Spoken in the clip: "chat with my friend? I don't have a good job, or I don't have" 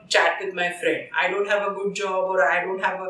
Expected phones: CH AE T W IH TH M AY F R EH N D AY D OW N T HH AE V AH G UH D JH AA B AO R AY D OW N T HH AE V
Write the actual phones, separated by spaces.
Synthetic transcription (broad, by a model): CH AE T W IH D M AY F R EH N D AY D OW N T HH AE V AH G UH D JH AA B AO R AY D OW N T HH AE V